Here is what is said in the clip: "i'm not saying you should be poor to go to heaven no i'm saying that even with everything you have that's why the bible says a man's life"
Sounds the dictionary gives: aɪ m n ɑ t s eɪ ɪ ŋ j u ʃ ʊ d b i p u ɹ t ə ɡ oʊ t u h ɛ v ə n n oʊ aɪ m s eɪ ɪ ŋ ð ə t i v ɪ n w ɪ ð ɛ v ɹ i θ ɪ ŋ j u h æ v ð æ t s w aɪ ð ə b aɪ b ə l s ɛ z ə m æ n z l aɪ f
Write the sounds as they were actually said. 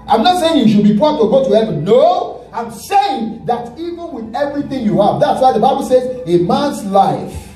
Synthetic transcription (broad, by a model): aɪ m n ɑ t s eɪ ɪ ŋ j u ʃ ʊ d b i p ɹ t ə ɡ oʊ t u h ɛ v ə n n oʊ aɪ m s eɪ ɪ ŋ ð ə t i v ɪ n w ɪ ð ɛ v ɹ i θ ɪ ŋ j u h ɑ v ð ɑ t s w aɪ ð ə b aɪ b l s ɛ z ə m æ n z l aɪ f